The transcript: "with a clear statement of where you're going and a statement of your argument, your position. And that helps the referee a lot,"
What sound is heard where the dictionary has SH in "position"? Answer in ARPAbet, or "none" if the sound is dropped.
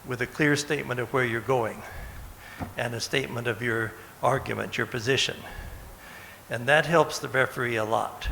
SH